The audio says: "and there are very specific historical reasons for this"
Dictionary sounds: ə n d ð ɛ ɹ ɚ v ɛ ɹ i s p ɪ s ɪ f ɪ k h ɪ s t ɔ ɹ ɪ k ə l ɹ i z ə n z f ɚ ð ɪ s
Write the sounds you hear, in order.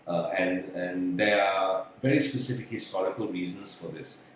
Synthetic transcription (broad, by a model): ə n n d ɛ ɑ v ɛ ɹ i s p ɪ s ɪ f ɪ k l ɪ s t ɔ l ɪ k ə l ɹ i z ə n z f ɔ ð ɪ s